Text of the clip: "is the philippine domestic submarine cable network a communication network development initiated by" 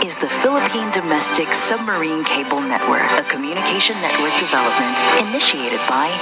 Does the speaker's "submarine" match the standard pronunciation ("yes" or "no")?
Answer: yes